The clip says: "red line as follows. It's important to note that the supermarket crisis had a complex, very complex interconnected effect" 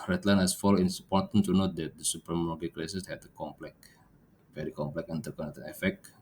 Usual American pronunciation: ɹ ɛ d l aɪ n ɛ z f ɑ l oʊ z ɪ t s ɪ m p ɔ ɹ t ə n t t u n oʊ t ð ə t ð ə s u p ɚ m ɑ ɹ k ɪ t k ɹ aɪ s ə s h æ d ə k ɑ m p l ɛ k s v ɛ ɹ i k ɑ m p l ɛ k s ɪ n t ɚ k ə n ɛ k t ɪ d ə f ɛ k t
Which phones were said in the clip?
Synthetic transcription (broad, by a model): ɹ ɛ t l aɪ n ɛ s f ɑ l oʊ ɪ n s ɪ p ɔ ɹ t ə n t t u n oʊ t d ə t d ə s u p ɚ m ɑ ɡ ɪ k l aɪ s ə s h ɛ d ə k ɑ m p l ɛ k v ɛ ɹ i k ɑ m p l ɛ k ɪ n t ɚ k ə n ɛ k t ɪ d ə f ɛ k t